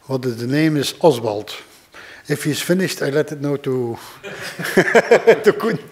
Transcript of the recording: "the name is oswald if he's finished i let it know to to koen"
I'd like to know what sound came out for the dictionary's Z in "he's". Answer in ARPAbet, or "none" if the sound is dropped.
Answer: S